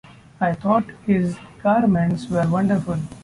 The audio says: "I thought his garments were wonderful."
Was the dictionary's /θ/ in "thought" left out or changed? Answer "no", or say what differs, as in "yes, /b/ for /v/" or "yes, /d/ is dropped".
yes, /t/ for /θ/